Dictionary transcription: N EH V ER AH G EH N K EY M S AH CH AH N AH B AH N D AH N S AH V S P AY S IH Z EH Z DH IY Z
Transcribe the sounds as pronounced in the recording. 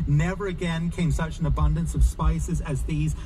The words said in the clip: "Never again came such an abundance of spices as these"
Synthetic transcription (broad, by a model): N EH V ER AH G EH N K EY M S AH CH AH N AH B AH N D AH N S AH V S P AY S IH Z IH Z DH IY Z